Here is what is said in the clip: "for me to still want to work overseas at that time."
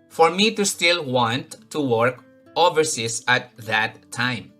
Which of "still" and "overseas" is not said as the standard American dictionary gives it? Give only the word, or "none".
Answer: overseas